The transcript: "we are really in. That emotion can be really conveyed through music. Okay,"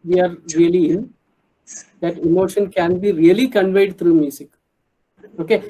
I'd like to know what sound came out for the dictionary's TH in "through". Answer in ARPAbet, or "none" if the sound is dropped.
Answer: T